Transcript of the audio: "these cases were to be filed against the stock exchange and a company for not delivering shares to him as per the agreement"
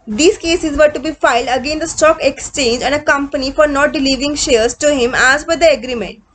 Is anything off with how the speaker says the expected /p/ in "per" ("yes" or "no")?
yes